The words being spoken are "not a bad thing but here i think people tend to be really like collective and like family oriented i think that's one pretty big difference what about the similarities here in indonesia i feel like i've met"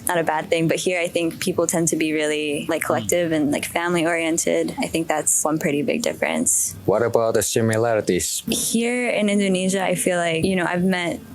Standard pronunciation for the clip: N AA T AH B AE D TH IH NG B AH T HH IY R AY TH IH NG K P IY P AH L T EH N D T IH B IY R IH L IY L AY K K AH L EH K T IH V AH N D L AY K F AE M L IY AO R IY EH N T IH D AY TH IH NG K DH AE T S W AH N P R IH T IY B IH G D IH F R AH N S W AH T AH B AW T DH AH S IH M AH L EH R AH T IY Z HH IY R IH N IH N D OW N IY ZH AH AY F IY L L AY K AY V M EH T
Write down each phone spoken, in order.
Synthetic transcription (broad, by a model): N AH T AH B AE D TH IH NG B AH T HH IY R AY TH IH NG K P IY P L T EH N D T IH B IY R IH L IY L AY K K AH L EH K T IH V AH N L AY K F AE M L IY AO R IY EH N T IH D AY TH IH NG K DH AE T S W AH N P R IH T IY B IH G D IH F R AH N S W AH T AH B AW T DH AH S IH M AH L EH R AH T IY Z HH IY R IH N IH N D OW N IY ZH AH AY F IY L L AY K AY V M EH T